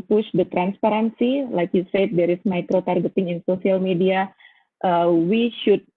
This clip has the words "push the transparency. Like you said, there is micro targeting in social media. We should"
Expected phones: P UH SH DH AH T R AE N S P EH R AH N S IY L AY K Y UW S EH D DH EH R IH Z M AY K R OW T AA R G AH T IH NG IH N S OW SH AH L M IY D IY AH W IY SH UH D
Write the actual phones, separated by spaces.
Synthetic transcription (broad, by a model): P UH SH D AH T R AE N S P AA R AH N S IY L AY K Y UW S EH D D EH R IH S M AY K R OW T AA R G AH T IH NG IH N S OW S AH L M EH D IY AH W IY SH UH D